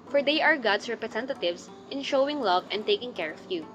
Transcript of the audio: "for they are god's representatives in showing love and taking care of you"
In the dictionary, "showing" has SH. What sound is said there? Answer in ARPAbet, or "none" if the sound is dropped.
SH